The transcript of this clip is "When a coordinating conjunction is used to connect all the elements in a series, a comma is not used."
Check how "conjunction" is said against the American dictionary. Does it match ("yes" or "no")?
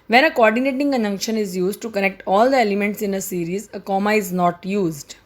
no